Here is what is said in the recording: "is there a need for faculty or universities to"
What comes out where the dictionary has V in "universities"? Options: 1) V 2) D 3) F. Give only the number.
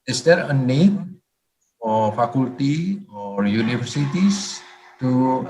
3